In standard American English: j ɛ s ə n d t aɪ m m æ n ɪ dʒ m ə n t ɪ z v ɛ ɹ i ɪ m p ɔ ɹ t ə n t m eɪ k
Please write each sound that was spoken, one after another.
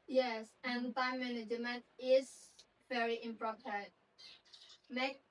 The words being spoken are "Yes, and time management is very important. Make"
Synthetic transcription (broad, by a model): j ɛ s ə n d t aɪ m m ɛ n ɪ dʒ m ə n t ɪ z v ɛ ɹ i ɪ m p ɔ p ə t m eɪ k